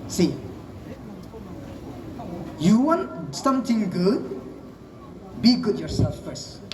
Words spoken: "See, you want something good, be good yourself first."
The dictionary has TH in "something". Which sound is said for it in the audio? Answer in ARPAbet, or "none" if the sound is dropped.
T